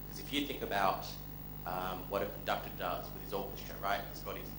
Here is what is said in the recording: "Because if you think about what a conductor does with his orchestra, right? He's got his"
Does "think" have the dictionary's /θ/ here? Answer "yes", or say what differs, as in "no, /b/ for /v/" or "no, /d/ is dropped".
yes